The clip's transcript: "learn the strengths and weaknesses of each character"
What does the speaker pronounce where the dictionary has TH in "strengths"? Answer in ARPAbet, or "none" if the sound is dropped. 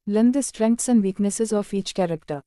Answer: T